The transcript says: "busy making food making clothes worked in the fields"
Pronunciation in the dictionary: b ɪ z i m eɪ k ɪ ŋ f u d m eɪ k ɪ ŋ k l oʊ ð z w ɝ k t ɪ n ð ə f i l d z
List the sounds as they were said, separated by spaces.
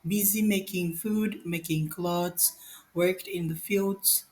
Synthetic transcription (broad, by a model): b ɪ z i m eɪ k ɪ ŋ f u d m eɪ k ɪ ŋ k l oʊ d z w ɝ k t ɪ n ð ə f i l d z